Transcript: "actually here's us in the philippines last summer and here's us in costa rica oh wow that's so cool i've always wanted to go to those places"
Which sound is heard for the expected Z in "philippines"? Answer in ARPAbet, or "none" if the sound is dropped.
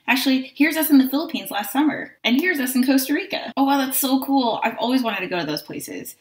Z